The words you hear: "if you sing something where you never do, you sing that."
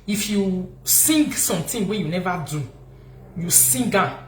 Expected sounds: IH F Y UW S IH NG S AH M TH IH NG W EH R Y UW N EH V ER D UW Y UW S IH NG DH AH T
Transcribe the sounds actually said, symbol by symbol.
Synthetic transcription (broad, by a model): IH F Y UW S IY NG S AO M T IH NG W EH Y UW N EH V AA D UW Y UW S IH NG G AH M